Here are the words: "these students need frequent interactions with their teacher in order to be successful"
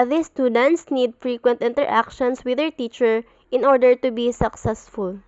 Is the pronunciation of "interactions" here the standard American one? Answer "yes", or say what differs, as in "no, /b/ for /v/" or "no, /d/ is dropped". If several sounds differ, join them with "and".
no, /s/ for /z/